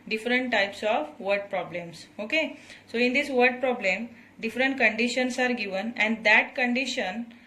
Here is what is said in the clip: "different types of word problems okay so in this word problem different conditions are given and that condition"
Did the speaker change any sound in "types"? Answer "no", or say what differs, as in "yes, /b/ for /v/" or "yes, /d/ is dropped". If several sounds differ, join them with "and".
no